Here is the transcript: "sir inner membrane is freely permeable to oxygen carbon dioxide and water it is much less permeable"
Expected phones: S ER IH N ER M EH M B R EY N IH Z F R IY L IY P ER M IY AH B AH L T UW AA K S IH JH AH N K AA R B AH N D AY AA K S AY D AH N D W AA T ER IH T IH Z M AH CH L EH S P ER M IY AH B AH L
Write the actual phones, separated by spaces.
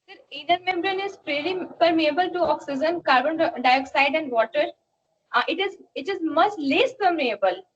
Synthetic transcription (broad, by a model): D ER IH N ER M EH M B R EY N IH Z P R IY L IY P ER M IY AH B AH L T UW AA K S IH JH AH N K AA R B AH N D AY AA K S AY D AH N D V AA T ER IH T IH Z M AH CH L EH S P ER M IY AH B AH L